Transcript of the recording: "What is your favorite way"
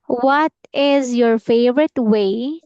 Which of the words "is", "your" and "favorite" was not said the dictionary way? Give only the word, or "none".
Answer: none